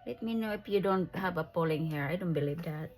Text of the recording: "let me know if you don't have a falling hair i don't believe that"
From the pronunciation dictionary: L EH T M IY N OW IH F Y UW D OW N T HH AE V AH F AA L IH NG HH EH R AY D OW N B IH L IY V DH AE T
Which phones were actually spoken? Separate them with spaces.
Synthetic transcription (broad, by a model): L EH T M IY N OW IH F Y UW D OW N T HH AE V AH P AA L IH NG HH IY R AY D OW N B IH L IY V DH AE T